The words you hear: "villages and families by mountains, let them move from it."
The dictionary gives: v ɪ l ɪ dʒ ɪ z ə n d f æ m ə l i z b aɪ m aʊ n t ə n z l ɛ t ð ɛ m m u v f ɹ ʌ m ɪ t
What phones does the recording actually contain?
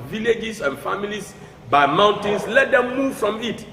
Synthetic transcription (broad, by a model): v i l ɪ dʒ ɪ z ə n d f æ m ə l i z b aɪ m aʊ n t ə n s l ɛ t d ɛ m m u v f ɹ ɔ m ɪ t